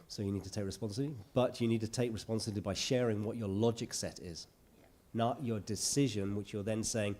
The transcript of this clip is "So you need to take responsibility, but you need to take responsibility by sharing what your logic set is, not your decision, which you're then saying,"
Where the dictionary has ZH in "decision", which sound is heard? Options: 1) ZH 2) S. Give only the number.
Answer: 1